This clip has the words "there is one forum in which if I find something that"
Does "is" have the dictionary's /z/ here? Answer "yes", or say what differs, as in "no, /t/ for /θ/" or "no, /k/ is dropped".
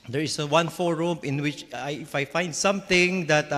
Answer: no, /s/ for /z/